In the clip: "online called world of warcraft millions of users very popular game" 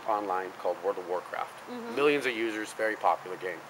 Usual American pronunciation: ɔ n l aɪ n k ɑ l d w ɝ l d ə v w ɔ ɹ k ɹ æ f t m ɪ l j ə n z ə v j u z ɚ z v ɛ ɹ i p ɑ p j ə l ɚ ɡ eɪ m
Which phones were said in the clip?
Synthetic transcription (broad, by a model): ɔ n l aɪ n k ɑ l d w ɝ d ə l w ɔ ɹ k ɹ æ f t m ɪ l j ə n z ə v j u z ɚ z v ɛ ɹ i p ɑ p j l ɚ ɡ eɪ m